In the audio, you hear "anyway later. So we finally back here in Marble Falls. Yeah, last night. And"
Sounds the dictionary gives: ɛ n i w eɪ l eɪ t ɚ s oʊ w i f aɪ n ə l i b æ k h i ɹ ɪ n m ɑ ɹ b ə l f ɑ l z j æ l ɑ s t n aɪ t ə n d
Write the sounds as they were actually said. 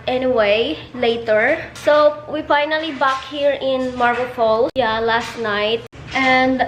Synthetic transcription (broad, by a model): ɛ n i w eɪ l eɪ t ɚ s oʊ w i f aɪ n ə l i b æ k h i ɹ ɪ n m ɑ ɹ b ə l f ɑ l j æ l ɑ s t n aɪ t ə n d